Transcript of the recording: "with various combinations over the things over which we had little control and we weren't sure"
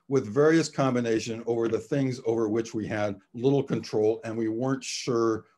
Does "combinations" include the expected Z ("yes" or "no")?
no